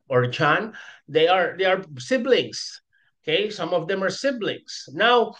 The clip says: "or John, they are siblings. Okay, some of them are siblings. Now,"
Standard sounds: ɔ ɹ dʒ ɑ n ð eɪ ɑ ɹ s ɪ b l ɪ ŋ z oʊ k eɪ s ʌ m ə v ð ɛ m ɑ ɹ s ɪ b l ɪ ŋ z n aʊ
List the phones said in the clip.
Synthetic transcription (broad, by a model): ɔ ɹ tʃ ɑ n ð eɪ ɑ ɹ s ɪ b l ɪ ŋ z oʊ k eɪ s ʌ m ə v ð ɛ m ɑ ɹ s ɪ b l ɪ ŋ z n aʊ